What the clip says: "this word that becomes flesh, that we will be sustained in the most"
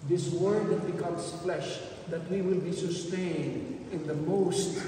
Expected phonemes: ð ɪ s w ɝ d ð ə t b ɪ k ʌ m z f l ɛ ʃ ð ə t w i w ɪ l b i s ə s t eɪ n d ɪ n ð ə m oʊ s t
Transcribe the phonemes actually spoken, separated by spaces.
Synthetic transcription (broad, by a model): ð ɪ s w ɝ d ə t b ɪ k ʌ m s f l ɛ ʃ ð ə t w i w ɪ l b i s ə s t eɪ n d ɪ n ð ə m oʊ s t